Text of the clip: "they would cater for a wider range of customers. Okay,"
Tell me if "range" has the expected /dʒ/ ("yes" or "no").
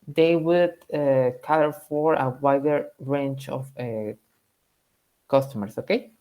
no